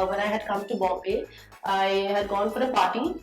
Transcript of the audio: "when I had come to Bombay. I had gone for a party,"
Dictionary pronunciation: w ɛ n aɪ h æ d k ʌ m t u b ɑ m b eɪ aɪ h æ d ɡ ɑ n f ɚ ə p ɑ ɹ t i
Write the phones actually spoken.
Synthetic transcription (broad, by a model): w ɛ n aɪ h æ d k ʌ m t u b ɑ b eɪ aɪ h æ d ɡ ɑ n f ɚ ə p ɑ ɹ t i